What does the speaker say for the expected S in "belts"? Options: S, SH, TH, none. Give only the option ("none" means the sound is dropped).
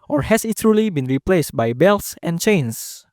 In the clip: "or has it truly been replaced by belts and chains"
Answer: S